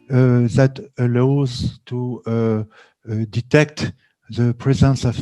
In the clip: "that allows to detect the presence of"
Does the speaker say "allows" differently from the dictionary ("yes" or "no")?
no